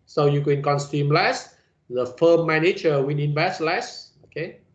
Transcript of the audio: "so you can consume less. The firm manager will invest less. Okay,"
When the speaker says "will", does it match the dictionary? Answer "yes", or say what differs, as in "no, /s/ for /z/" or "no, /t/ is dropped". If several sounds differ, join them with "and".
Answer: no, /n/ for /l/